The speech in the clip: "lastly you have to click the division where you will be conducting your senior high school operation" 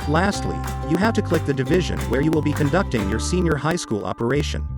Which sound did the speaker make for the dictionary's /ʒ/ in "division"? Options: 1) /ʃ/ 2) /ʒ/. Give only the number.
2